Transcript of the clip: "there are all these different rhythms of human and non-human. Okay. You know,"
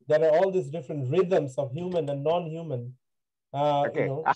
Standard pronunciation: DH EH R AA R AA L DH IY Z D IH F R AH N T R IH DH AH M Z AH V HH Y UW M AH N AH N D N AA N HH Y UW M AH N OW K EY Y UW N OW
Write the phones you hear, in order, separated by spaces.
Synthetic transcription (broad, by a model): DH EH R AA R AA L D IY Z D IH F R AH N T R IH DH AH M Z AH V HH Y UW M AH N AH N N AA N HH Y UW M AH N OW AO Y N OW